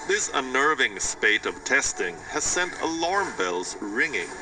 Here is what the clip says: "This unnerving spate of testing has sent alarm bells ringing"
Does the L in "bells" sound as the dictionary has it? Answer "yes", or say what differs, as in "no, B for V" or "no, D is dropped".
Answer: yes